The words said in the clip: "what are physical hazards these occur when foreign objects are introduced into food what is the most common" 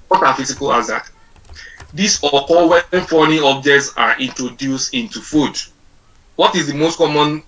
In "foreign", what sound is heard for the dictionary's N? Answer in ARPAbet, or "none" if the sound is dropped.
none